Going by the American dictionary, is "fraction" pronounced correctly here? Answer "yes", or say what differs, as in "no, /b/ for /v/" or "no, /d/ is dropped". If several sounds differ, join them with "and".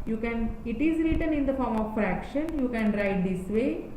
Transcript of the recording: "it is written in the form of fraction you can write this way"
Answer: yes